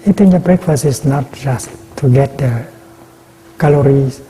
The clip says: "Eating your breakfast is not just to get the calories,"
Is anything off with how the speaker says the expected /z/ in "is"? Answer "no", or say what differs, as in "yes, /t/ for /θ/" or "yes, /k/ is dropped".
yes, /s/ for /z/